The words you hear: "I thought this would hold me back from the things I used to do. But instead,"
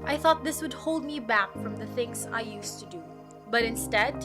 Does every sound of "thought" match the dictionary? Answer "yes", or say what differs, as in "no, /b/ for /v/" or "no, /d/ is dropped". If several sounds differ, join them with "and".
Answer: yes